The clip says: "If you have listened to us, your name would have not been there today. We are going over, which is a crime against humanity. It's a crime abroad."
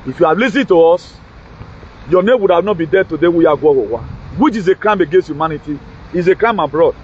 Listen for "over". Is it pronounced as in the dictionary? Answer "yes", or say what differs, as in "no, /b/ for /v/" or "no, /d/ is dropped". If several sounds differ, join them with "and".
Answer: no, /w/ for /v/